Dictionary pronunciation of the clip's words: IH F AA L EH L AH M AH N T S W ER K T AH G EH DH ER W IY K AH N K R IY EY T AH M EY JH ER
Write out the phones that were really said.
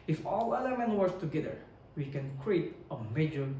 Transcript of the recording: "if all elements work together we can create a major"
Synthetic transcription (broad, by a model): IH F AA L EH L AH M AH N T W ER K T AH G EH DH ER W IY K AH N K R IY EY T AH M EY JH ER